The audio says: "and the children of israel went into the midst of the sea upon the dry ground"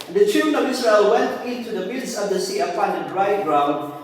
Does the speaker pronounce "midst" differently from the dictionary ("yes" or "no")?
yes